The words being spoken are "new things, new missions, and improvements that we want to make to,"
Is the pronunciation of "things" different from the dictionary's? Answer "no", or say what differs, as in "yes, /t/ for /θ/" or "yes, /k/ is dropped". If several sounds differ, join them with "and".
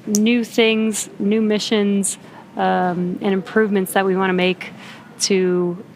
no